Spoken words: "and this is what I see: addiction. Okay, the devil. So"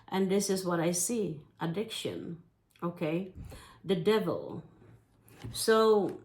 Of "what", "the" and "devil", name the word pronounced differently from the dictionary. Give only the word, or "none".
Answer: none